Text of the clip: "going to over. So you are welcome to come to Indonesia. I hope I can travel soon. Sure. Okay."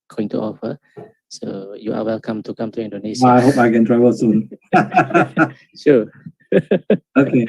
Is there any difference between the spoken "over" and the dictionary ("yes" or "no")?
yes